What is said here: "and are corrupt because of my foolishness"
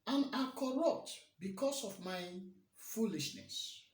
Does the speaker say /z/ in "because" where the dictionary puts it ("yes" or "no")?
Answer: no